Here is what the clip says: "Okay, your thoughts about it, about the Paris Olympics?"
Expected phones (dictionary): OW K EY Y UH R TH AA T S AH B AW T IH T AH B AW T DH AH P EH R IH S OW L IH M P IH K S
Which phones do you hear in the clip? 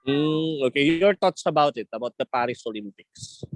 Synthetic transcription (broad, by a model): OW K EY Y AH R T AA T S AH B AW T IH T AH B AW T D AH P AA R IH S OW L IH M P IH K S